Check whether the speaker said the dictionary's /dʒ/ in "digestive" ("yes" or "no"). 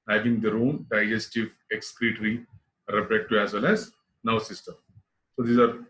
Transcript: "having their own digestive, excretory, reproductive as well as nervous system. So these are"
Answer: yes